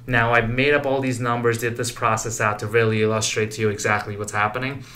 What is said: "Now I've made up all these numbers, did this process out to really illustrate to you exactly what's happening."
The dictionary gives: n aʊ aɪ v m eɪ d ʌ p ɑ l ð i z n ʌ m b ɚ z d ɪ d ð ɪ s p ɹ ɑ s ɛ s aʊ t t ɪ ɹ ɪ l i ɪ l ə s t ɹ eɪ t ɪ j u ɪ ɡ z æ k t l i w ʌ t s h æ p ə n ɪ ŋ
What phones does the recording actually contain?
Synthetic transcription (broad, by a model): n aʊ aɪ v m eɪ d ʌ p ɑ l ð i z n ʌ m b ɚ z d ɪ d ð ɪ s p ɹ ɑ s ɛ s aʊ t t ɪ ɹ ɪ l i ɪ l ə s t ɹ eɪ t ɪ j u ɪ ɡ z æ k t l i w ʌ t s h æ p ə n ɪ ŋ